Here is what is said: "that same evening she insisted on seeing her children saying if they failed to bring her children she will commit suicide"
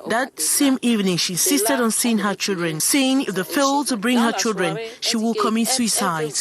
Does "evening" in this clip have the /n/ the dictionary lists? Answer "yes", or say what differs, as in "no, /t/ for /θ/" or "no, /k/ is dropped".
yes